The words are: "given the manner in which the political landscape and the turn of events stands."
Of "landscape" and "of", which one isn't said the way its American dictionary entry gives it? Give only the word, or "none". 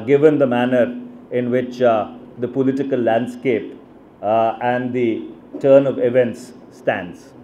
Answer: none